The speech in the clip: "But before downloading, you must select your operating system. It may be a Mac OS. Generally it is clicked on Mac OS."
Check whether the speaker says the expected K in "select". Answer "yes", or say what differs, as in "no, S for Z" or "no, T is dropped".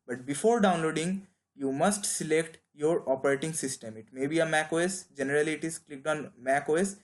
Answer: yes